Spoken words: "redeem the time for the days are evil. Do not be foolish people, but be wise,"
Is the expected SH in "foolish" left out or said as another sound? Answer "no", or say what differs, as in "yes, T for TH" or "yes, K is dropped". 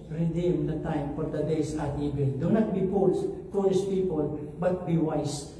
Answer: yes, S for SH